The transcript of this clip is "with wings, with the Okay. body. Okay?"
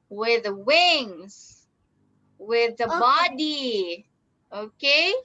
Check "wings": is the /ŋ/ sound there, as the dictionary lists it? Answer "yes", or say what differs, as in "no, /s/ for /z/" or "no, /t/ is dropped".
yes